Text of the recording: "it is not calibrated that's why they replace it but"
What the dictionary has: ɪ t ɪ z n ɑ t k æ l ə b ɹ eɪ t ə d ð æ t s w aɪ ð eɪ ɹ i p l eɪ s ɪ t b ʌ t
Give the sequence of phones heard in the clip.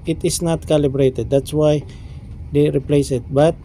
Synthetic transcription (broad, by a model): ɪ t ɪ s n ɑ t k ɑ l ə b ɹ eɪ t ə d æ t s w aɪ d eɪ ɹ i p l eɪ s ɪ t b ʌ t